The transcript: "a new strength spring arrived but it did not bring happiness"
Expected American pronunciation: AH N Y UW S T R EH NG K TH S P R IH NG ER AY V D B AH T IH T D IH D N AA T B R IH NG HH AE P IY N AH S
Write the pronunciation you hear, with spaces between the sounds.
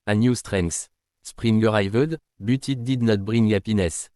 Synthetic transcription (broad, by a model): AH N Y UW S T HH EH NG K S S P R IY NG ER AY V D B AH T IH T D IH D N AA T B R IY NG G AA P IY N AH S